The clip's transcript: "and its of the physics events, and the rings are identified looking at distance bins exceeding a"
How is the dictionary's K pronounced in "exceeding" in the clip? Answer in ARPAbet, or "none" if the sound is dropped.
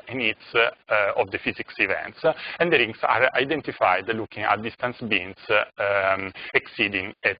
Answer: K